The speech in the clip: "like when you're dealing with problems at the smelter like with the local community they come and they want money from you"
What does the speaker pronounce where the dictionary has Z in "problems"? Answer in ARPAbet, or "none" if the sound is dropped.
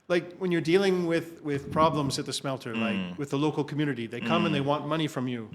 Z